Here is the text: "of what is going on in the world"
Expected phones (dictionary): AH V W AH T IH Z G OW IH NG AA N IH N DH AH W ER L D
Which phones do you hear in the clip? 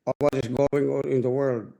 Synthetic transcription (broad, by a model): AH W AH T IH S G OW IH NG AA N IH N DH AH W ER L D